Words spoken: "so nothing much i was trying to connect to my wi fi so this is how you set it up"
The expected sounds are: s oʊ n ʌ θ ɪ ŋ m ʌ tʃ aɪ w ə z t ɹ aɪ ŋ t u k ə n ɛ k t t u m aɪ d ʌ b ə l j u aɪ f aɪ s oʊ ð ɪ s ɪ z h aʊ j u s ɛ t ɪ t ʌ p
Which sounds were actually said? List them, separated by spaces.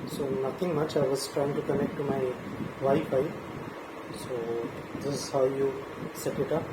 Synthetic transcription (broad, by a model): s oʊ n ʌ t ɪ ŋ m ʌ tʃ aɪ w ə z t ɹ aɪ ŋ t u k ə n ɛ k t t u m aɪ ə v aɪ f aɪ s oʊ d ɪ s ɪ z h aʊ j u s ɛ t ɪ t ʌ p